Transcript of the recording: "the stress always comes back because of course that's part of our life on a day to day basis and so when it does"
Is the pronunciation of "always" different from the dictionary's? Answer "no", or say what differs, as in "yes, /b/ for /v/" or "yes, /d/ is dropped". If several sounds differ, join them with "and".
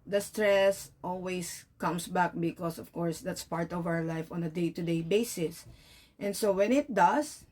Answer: yes, /s/ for /z/